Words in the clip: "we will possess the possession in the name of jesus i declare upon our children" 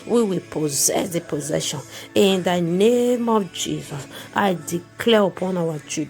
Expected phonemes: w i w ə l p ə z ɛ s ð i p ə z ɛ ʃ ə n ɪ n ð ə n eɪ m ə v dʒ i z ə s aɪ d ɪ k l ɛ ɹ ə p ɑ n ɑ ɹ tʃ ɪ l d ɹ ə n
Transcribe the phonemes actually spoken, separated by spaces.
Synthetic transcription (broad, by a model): w i w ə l p ə z ɛ s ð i p ə z ɛ ʃ ə n ɪ n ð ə n eɪ m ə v dʒ i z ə s aɪ d ɪ k l ɛ ɹ ə p ɑ n ɑ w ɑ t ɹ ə